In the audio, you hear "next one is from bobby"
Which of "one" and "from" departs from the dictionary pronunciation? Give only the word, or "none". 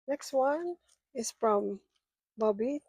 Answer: none